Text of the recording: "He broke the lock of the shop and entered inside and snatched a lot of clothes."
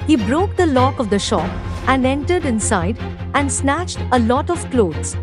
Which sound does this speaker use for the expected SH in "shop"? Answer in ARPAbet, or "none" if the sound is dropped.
SH